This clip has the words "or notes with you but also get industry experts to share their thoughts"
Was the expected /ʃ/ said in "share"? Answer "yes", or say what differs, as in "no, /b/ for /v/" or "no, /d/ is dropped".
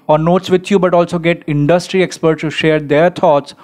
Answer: yes